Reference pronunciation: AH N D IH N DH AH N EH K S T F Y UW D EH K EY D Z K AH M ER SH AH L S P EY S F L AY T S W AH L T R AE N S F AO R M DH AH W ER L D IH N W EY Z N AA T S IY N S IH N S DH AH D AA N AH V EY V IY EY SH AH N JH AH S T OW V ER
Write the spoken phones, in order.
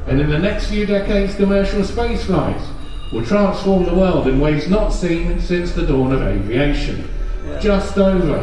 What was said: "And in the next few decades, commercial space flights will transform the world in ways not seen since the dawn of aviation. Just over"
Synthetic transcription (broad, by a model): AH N IH N DH AH N EH K S T F Y UW D EH K EY D Z K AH M ER SH L S P EY S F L AY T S W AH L T R AE N S F AO R M DH AH W ER L D IH N W EY Z N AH T S IY N S IH N S DH AH D AA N AH V EY V IY EY SH AH N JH AH S T OW V ER